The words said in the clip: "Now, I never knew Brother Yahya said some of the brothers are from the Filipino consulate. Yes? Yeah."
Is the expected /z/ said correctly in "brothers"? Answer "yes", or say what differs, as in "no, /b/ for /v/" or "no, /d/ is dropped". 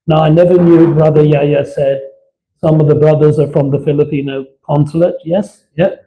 yes